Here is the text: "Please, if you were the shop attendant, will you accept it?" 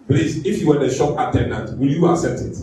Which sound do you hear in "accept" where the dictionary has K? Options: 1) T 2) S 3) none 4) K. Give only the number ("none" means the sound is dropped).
3